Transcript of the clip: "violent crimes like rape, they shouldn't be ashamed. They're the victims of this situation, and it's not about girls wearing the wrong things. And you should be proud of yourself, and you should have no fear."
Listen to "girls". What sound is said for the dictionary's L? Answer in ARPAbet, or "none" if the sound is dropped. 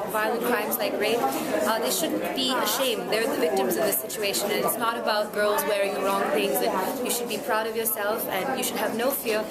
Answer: L